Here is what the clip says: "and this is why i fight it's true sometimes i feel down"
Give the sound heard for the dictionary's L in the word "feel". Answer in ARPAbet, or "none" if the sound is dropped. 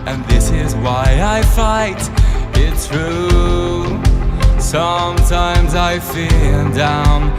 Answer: N